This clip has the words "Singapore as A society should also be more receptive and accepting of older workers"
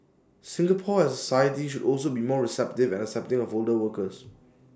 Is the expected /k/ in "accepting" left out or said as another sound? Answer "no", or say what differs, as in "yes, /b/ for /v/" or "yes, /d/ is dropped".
yes, /k/ is dropped